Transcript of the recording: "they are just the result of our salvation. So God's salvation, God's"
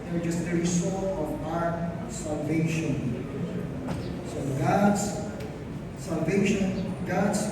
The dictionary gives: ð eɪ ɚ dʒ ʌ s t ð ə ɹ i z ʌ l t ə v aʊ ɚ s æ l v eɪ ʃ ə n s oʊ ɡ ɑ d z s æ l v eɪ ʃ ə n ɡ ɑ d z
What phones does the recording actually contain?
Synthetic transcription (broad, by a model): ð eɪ ɚ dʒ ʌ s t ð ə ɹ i s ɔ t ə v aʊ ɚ s æ l v eɪ ʃ ə n s oʊ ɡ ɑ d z s æ l v eɪ ʃ ə n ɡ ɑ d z